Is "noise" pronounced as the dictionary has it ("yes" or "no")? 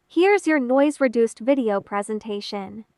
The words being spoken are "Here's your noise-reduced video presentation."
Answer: yes